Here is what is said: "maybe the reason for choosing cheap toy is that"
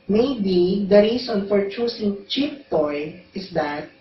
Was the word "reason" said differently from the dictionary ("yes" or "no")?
yes